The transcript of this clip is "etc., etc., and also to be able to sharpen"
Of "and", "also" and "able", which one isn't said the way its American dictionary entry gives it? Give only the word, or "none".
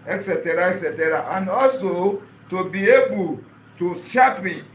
none